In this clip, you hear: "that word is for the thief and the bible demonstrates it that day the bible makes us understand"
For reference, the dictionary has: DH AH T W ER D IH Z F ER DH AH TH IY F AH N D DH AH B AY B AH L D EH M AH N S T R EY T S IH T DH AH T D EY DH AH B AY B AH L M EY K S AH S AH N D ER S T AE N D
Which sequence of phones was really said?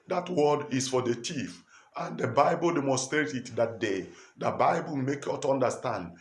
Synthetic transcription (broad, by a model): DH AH T W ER D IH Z F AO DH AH T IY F AH N D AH B AY B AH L D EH M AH N S T R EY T IH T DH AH T D EY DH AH B AY B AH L M EY K AO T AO N D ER S T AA N D